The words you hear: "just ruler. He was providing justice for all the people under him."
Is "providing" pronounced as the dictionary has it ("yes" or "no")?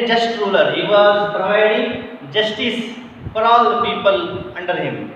no